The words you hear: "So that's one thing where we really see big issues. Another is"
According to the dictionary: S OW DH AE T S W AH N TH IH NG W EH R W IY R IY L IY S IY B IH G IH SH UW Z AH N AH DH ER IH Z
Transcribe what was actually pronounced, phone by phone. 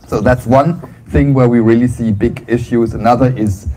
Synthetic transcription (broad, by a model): S OW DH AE T S W AH N TH IH NG W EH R W IY R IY L IY S IY B IH G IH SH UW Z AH N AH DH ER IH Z